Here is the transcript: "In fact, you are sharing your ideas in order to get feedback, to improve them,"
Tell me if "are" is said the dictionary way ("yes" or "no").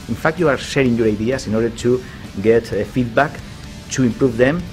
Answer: yes